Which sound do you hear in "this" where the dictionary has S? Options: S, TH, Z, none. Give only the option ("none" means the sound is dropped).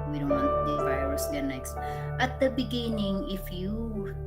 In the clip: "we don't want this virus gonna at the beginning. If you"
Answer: none